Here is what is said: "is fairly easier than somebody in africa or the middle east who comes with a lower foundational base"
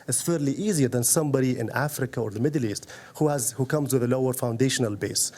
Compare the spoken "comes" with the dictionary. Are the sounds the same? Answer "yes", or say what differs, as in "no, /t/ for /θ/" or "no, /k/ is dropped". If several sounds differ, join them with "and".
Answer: yes